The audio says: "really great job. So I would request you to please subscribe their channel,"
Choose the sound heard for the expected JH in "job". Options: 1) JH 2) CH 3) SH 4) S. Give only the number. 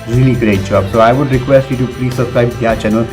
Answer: 2